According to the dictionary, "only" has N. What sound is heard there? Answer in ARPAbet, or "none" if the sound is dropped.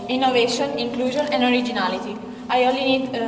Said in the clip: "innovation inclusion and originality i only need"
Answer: none